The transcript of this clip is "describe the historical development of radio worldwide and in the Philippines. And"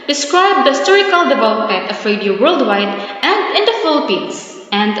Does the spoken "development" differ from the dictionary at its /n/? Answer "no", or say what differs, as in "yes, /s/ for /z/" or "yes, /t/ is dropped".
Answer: yes, /n/ is dropped